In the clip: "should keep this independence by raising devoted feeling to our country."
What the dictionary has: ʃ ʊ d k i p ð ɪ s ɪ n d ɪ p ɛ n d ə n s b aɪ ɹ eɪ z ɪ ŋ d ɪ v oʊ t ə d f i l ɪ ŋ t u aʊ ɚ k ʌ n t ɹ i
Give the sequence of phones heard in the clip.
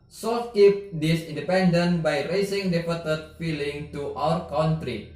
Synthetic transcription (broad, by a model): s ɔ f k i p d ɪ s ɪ n d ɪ p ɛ n d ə n b aɪ ɹ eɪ s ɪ ŋ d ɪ p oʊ t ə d f i l ɪ ŋ t u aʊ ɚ k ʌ n t ɹ i